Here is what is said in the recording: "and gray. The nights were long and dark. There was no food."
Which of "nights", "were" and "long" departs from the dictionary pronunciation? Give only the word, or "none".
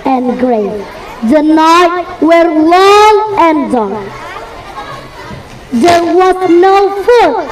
nights